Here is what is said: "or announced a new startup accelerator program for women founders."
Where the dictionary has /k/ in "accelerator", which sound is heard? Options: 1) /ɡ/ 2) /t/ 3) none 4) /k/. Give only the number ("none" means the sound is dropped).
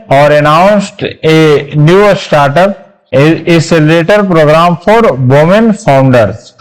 3